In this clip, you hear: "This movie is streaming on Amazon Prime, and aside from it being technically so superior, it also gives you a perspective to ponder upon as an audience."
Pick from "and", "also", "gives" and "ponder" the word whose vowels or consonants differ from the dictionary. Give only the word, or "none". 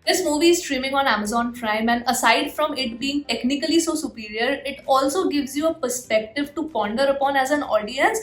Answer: none